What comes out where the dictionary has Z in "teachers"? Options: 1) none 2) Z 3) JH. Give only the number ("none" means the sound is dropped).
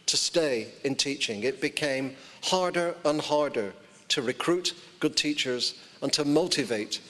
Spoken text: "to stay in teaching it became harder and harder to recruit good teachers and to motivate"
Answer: 2